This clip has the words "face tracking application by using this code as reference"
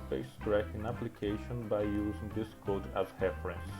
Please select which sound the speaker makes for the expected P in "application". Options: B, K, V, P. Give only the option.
P